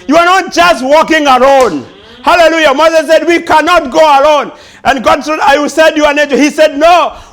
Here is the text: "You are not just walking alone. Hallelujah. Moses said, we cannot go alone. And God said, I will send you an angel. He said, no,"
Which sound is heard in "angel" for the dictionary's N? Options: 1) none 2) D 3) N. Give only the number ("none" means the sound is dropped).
1